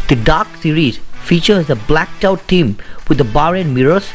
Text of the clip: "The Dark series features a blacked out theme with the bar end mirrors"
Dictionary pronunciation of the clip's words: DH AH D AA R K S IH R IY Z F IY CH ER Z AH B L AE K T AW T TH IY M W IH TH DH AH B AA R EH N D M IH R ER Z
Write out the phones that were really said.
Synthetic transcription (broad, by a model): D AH D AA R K S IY R IY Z F IY CH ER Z AH B L AE K T AW T T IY M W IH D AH B AA R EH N M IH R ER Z